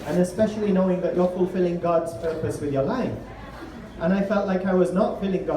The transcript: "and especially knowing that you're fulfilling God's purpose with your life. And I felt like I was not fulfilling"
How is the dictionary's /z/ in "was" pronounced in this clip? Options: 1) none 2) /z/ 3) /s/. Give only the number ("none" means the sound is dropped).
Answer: 2